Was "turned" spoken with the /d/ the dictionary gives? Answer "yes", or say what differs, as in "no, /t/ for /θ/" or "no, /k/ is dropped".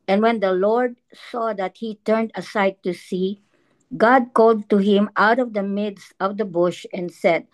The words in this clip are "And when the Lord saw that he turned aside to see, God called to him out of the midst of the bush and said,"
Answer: yes